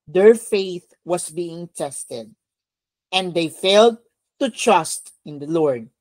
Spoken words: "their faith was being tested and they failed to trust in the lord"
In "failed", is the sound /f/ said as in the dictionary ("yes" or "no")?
yes